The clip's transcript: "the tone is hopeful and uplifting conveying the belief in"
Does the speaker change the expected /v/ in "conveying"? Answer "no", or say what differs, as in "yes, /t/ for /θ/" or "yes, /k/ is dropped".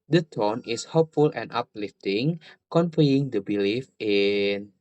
yes, /f/ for /v/